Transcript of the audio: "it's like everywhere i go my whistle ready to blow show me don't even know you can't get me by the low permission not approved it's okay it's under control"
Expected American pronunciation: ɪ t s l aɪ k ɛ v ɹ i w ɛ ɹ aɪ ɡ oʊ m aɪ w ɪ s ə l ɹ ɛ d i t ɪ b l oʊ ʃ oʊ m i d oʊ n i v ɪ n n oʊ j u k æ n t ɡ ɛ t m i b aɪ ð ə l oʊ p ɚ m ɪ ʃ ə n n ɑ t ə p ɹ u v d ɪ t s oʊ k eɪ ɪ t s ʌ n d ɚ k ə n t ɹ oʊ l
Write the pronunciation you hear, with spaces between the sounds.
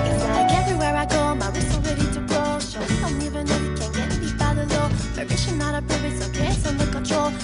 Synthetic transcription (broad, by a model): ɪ l aɪ k ɛ v ɹ i w ɛ ɹ aɪ ɡ oʊ m aɪ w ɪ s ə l ɹ ɛ d i t ɪ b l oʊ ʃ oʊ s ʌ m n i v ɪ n n oʊ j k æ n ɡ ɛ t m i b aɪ ð ə l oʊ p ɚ ɪ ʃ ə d n ɑ t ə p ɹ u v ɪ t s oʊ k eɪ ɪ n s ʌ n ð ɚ k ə n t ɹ oʊ l